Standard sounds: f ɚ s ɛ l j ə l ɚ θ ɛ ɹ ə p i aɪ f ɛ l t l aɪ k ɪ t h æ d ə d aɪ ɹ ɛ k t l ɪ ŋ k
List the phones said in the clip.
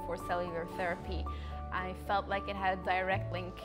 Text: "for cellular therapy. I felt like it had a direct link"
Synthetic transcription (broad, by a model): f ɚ s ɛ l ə ɚ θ ɛ ɹ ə p i aɪ f ɛ l t l aɪ k ɪ t h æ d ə d aɪ ɹ ɛ k t l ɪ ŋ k